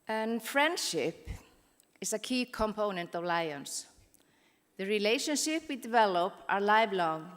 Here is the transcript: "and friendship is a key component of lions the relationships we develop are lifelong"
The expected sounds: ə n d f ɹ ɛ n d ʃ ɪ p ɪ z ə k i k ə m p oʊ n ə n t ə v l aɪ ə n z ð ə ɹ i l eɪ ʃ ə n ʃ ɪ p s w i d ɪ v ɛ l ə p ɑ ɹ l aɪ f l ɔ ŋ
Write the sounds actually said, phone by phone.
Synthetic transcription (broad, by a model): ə n f ɹ ɛ n d ʃ ɪ p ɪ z ə k i k ə m p oʊ n ə n t ə v l aɪ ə n s ð ə ɹ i l eɪ ʃ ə n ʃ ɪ p w i d ɪ v ɛ l ə p ɑ ɹ l aɪ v l ɔ ŋ